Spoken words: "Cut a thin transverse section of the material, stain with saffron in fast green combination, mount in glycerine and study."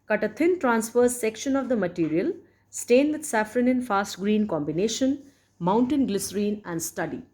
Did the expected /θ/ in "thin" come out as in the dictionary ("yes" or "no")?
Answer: no